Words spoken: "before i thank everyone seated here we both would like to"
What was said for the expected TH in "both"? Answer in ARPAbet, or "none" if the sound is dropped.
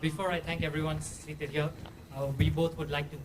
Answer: T